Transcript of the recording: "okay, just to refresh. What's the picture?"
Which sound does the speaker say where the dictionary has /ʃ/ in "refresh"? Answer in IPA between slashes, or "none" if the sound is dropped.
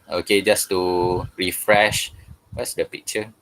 /ʃ/